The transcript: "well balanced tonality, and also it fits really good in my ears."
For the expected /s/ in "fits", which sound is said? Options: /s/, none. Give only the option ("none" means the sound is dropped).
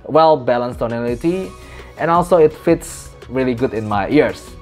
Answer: /s/